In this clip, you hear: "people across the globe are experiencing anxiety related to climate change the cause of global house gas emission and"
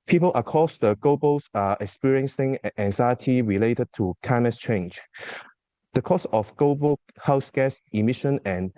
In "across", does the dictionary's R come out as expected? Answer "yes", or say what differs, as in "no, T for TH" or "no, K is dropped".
no, R is dropped